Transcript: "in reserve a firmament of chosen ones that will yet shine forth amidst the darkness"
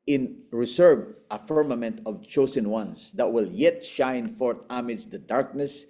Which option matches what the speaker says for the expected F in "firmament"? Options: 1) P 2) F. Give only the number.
2